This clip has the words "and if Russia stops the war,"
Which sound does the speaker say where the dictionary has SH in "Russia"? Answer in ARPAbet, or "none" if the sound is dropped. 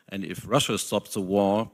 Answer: SH